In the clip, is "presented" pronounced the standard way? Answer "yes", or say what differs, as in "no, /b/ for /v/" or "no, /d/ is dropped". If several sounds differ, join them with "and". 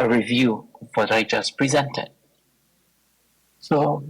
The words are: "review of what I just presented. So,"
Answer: yes